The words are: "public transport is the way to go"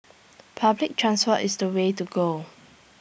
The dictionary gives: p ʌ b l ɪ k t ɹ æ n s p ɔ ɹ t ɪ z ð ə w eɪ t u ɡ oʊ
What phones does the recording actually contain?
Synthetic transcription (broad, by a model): p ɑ b l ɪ k t ɹ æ n s f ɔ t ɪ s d ə w eɪ t u ɡ oʊ